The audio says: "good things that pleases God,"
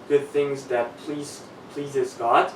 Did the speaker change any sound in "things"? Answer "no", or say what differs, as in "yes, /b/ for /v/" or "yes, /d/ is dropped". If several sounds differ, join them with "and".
no